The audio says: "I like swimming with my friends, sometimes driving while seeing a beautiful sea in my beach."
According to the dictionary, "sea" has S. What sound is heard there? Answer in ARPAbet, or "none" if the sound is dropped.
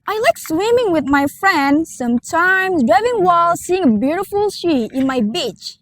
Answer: SH